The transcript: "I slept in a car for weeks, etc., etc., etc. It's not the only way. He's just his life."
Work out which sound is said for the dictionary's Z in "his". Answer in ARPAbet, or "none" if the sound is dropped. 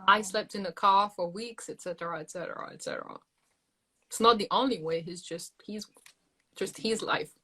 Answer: Z